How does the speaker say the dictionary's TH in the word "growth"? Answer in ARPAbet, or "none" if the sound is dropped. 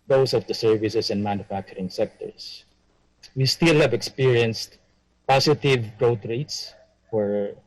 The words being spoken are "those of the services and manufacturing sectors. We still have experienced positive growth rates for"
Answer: T